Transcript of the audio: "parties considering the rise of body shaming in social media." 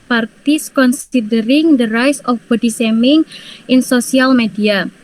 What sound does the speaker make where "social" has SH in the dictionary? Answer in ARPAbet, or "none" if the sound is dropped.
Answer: S